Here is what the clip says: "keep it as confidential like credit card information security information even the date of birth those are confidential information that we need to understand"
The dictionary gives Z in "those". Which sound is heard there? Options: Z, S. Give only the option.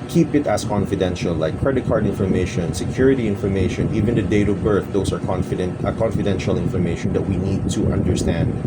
S